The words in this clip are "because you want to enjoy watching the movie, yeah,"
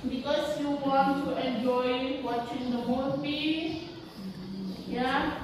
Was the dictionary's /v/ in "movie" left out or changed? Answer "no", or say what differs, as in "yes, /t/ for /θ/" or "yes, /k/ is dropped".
yes, /p/ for /v/